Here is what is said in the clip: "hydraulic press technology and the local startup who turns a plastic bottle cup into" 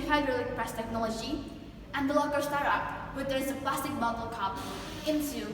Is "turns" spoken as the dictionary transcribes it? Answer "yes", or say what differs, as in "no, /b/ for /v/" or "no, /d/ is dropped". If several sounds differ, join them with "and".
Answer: no, /n/ is dropped